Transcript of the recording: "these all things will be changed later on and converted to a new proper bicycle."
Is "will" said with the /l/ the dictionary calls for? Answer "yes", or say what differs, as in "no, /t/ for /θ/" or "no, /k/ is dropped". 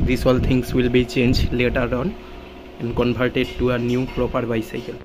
yes